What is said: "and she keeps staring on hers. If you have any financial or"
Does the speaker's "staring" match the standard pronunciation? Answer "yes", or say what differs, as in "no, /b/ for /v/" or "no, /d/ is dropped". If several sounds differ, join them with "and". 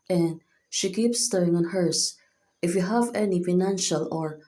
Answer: no, /ɹ/ is dropped